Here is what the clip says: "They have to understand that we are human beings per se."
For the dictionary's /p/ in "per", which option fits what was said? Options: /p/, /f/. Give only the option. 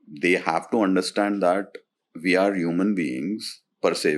/p/